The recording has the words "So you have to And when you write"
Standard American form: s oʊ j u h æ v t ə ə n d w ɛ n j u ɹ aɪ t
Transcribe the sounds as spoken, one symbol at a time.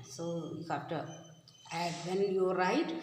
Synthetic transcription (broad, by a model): s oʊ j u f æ f t ə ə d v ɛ n j u ɹ aɪ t